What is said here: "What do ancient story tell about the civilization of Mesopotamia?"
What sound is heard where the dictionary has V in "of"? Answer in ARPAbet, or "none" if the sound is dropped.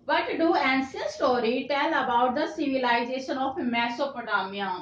P